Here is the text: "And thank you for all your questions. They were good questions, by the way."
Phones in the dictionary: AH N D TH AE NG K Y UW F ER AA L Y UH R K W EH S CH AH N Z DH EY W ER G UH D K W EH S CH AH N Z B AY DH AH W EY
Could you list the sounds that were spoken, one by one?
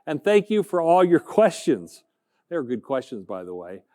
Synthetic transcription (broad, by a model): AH N TH AE NG K Y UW F ER AA L Y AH R K W EH S CH AH N Z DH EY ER G UH D K W EH S CH AH N Z B AY DH AH W EY